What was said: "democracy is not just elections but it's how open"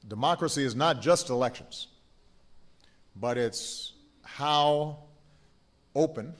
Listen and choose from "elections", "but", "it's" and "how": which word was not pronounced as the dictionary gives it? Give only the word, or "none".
none